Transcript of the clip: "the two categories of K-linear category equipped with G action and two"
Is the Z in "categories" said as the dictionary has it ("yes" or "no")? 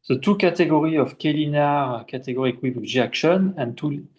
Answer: no